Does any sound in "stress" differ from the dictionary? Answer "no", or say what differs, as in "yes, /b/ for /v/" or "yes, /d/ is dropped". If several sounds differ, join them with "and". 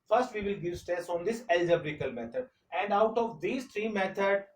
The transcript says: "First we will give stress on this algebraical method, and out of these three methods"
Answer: yes, /ɹ/ is dropped